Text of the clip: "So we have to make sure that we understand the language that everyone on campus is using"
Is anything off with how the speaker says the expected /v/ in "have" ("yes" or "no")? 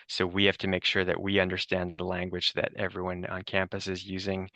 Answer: yes